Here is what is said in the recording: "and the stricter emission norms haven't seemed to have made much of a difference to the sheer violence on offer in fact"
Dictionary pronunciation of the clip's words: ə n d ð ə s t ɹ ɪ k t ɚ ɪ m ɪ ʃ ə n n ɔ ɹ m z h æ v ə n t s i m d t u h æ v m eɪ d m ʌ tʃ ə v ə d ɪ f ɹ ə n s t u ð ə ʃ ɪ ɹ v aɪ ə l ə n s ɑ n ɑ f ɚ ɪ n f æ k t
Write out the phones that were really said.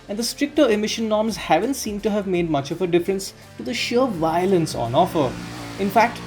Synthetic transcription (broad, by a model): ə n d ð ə s t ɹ ɪ k t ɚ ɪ m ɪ ʃ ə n n ɔ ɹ m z h æ v ə n t s i m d t u h æ v m eɪ d m ʌ tʃ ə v ə d ɪ f ɹ ə n s t u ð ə ʃ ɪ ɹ v aɪ ə l ə n s ɑ n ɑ f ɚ ɪ n f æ k t